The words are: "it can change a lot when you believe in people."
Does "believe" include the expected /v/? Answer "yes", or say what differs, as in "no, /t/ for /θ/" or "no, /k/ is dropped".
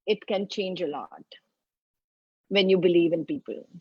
yes